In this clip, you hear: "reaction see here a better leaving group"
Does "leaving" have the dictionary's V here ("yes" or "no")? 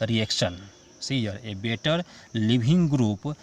no